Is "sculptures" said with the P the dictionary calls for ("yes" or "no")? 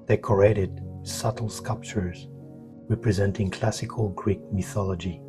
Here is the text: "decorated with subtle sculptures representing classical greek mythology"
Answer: yes